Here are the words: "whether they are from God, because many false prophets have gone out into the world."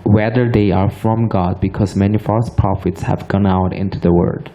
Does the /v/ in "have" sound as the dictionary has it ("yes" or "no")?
yes